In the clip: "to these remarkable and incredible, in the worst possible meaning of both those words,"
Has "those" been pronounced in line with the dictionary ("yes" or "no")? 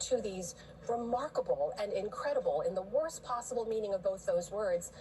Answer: yes